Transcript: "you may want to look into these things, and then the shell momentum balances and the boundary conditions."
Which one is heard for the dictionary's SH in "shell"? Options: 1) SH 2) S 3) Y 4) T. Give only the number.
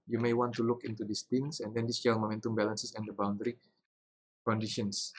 2